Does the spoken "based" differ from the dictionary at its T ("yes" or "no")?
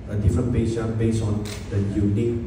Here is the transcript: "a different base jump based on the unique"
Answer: yes